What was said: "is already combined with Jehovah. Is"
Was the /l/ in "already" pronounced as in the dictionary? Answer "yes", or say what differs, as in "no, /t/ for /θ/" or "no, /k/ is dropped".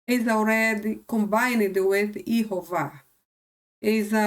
no, /w/ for /l/